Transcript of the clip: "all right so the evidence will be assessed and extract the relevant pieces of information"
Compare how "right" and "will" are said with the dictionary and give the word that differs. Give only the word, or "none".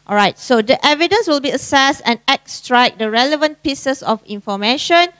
none